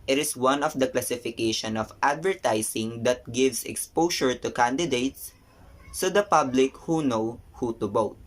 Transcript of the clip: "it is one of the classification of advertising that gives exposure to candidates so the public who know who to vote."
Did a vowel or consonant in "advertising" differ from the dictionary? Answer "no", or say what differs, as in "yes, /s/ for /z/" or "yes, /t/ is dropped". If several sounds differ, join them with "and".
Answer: yes, /s/ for /z/